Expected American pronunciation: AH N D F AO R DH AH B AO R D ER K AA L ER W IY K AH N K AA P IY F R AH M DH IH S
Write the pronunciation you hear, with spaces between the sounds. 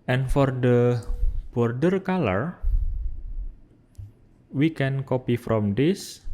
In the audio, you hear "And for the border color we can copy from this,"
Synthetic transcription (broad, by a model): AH N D F AO R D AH B AO R D ER K AA L ER W IY K AH N K AA P IY F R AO M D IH S